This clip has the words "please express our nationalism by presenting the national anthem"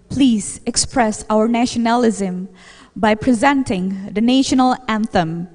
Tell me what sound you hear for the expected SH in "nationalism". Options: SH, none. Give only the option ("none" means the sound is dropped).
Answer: SH